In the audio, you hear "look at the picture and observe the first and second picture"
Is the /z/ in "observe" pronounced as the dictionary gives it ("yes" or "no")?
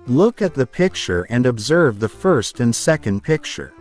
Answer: yes